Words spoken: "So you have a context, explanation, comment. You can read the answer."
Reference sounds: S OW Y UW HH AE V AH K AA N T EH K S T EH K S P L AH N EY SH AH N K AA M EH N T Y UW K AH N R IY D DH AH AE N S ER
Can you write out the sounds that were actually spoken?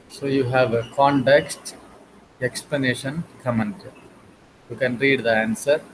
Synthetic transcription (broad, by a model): S OW Y UW HH AE V AH K AA N T EH K S T EH K S P L AH N EY SH AH N K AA M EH N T Y UW K AH N R IY D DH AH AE N S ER